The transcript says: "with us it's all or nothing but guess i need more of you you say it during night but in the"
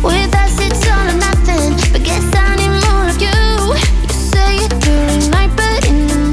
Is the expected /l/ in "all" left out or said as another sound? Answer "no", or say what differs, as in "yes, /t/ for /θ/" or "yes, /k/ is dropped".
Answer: yes, /n/ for /l/